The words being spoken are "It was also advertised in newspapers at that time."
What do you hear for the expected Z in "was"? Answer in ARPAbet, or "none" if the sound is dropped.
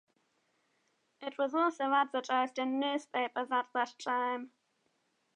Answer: Z